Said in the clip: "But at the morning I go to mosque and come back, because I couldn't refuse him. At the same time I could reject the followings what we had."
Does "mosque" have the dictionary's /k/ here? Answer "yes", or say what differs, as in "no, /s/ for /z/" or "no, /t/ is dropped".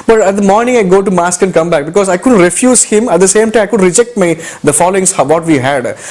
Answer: yes